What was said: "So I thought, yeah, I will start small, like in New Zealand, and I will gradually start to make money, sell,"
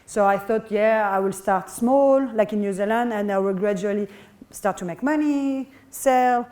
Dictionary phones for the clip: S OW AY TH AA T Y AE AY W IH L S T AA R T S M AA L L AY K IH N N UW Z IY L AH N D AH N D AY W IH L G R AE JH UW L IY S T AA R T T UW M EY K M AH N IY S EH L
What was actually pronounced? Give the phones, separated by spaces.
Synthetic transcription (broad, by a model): S OW AY TH AA T Y AE AY W IH L S T AA R T S M AA L L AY K IH N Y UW Z IY L AH N D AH N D AY W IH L G R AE JH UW L IY S T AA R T T UW M EY K M AH N IY S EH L